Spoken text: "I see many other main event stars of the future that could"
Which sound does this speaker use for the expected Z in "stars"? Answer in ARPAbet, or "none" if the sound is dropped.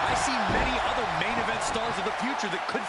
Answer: Z